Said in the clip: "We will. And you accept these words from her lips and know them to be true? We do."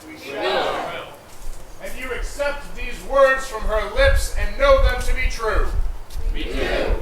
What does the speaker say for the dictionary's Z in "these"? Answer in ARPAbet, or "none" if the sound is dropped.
Z